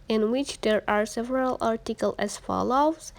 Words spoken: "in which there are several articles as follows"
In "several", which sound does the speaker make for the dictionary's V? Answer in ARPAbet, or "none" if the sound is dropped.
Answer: V